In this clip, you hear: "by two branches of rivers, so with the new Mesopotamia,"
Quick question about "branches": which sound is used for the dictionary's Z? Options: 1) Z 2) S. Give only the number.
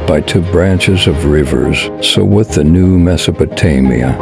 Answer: 1